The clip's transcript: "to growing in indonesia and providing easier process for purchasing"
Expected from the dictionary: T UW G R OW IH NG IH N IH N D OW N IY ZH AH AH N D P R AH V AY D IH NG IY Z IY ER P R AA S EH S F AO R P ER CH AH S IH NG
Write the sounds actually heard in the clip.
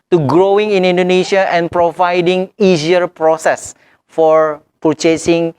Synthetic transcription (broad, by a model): T UW G R OW IH NG IH N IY N D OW N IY SH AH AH N P R AH V AY D IH NG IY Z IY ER P R AA S EH S F AO R P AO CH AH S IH NG